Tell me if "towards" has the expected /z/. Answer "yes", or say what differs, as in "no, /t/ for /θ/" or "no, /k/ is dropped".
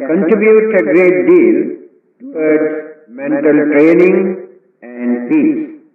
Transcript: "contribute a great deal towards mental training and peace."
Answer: no, /z/ is dropped